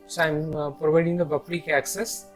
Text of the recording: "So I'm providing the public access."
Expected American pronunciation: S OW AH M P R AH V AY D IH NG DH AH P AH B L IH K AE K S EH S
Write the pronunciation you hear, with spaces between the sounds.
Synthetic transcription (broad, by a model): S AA AH M P R AH V AY D IH NG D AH B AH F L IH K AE K S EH S